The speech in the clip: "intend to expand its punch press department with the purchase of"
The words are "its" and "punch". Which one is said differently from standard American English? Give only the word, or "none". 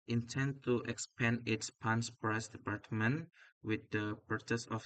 punch